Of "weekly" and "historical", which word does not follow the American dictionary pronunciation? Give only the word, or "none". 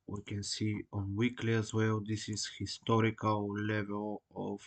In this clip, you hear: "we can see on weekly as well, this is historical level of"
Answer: none